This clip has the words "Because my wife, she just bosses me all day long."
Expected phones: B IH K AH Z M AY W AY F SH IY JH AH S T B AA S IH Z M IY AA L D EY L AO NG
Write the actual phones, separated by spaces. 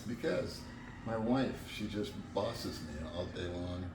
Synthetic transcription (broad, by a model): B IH K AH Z M AY W AY F SH IY JH AH S T B AA S IH Z M IY AA L D EY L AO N